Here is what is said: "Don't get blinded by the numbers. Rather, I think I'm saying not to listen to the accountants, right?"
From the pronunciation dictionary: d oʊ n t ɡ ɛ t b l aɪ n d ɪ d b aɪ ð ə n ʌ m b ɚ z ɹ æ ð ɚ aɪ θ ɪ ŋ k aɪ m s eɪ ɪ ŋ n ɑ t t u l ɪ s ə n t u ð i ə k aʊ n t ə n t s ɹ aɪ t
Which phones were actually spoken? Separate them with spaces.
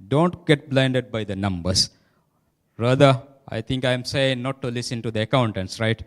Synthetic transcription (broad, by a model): d oʊ n t ɡ ɛ t b l aɪ n d ɪ d b aɪ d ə n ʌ m b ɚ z ɹ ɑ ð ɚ aɪ t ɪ ŋ k aɪ m s eɪ ɪ ŋ n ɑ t t u l ɪ s ə n t u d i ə k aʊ n t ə n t s ɹ aɪ t